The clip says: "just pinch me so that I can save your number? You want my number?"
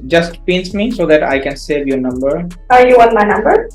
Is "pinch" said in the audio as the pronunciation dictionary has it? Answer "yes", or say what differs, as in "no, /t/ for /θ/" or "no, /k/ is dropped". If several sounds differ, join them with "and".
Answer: no, /s/ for /tʃ/